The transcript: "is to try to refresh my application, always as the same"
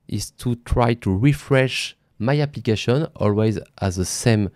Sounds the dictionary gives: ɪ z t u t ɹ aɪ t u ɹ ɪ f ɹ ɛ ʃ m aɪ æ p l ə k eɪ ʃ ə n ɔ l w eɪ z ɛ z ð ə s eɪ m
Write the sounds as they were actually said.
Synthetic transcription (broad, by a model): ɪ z t u t ɹ aɪ t u ɹ ɪ f ɹ ɛ ʃ m aɪ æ p l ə k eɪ ʃ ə n ɔ l w eɪ z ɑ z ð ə s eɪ m